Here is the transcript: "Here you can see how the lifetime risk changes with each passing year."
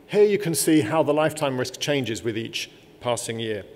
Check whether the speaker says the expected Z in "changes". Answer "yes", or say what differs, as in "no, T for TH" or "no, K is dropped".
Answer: yes